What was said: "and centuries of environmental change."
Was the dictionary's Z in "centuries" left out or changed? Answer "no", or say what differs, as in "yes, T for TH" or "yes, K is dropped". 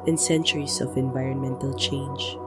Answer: yes, S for Z